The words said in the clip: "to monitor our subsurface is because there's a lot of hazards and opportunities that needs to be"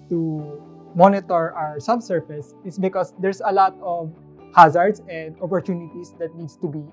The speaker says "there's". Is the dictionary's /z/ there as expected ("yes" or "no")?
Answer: no